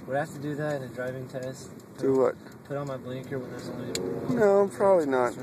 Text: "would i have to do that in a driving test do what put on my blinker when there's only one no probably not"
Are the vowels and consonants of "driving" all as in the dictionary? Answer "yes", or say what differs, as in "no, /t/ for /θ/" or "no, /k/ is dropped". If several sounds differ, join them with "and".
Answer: yes